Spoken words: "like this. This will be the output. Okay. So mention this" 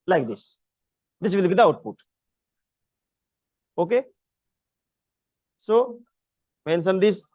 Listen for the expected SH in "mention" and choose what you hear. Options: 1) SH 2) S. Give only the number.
2